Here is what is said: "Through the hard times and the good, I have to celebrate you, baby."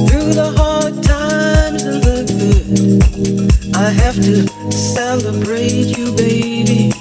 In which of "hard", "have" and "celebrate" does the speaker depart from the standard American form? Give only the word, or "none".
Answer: have